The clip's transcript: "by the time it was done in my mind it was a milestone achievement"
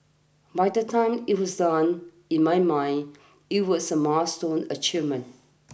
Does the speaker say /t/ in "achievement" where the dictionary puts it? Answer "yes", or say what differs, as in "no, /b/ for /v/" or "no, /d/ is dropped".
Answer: no, /t/ is dropped